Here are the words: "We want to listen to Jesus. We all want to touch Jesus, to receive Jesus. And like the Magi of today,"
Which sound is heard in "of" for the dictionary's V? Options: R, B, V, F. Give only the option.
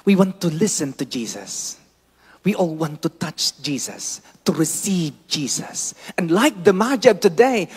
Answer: B